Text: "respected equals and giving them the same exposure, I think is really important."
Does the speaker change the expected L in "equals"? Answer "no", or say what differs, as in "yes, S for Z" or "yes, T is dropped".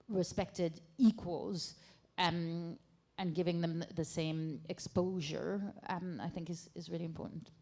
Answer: no